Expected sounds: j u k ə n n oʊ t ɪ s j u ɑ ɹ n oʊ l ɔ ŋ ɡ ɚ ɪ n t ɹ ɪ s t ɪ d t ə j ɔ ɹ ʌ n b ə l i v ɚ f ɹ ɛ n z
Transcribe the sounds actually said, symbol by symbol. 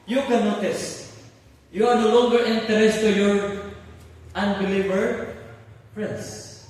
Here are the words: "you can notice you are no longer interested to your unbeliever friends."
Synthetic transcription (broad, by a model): j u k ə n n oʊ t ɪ s j u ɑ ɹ n oʊ l ɔ ŋ ɡ ɚ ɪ n t ɪ t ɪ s t ə j ɔ ɹ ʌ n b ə l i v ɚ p ɹ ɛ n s